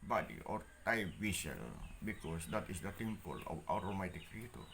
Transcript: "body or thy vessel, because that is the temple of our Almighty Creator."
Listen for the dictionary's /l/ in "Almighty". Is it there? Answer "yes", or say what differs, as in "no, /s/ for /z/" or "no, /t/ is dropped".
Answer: no, /l/ is dropped